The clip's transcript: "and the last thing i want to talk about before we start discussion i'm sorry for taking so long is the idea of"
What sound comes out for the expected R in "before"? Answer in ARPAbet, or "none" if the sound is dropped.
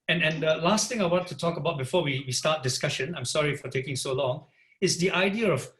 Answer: W